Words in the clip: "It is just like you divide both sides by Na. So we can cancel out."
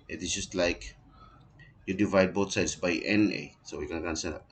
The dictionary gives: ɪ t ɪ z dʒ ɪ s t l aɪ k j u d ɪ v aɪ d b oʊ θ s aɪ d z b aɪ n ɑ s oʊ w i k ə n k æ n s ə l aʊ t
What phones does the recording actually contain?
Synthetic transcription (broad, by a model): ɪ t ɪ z dʒ ɪ s t l aɪ k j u d ɪ v aɪ d b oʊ t s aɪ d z b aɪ n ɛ s oʊ w i k ə n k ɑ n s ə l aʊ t